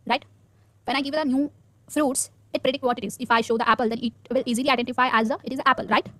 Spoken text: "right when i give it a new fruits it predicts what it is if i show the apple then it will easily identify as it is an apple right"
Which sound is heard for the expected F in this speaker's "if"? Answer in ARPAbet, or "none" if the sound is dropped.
F